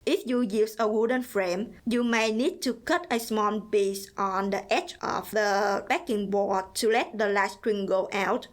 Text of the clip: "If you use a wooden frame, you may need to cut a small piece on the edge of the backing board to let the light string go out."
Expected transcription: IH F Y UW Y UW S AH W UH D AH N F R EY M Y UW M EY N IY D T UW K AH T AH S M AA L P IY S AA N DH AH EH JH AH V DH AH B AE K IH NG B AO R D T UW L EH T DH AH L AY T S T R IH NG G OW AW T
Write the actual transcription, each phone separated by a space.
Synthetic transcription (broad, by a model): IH F Y UW Y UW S AH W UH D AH N F R EY M Y UW M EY N IY D T UW K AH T AH S M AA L B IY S AA N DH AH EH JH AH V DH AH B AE K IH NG B AO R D T UW L EH T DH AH L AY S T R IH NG G OW AW T